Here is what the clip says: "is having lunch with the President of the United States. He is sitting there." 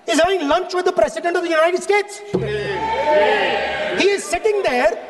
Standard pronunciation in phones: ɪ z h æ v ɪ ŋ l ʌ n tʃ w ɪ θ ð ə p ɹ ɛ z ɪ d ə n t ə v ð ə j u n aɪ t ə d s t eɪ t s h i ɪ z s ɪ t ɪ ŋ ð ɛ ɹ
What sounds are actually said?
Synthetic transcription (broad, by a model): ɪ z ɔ ɪ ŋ l ʌ n tʃ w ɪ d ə p ɹ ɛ s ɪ d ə n t ə v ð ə j u n aɪ t ə d s t eɪ t s h i ɪ z s ɪ t ɪ ŋ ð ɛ ɹ